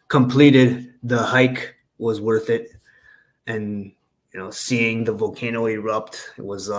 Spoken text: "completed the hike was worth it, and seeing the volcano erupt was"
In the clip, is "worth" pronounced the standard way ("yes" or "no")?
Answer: yes